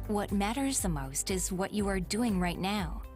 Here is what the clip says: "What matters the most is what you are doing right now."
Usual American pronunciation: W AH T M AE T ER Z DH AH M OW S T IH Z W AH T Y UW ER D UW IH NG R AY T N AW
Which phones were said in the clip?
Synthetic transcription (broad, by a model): W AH T M AE T ER Z DH AH M OW S T IH Z W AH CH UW ER D UW IH NG R AY T N AW